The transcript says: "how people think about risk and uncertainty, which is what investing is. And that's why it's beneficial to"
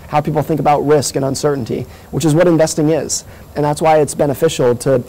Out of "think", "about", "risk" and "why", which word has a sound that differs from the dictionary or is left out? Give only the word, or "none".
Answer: none